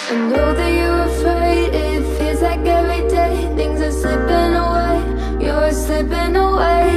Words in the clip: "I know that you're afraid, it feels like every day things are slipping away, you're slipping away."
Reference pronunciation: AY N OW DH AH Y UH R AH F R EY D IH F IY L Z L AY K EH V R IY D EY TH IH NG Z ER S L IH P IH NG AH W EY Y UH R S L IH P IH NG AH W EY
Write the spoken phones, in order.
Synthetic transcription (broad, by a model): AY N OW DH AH Y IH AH F R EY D IH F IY Z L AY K EH V R IY D EY TH IH NG Z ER S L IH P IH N AH W EY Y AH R S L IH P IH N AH W EY